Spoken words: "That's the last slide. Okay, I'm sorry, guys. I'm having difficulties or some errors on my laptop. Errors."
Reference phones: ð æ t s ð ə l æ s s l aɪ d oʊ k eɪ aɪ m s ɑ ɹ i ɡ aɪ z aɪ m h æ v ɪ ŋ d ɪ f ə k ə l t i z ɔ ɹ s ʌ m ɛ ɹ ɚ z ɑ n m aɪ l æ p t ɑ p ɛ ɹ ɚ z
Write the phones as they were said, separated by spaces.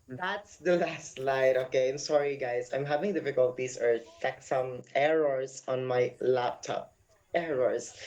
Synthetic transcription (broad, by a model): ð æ t s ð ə l æ s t l aɪ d oʊ k eɪ aɪ m s ɑ ɹ i ɡ aɪ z aɪ m h æ v ɪ ŋ d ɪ f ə k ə l t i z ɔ ɹ s ʌ m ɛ ɹ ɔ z ɑ n m aɪ l æ p t ɑ p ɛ ɹ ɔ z